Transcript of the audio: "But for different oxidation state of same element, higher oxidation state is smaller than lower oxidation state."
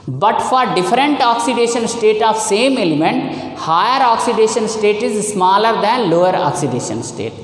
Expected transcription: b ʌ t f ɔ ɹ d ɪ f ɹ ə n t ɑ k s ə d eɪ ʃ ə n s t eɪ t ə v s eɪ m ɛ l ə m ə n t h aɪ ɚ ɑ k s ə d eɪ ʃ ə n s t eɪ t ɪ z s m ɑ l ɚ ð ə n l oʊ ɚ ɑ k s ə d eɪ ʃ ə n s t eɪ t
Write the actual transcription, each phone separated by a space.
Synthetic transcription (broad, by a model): b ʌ t f ɔ ɹ d ɪ f ɹ ə n t ɑ k s ə d eɪ ʃ ə n s t eɪ t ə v s eɪ m ɛ l ə m ə n t h aɪ ɚ ɑ k s ə d eɪ ʃ ə n s t eɪ t ɪ z s m ɑ l ɚ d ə n l oʊ ɚ ɑ k s ə d eɪ ʃ ə n s t eɪ t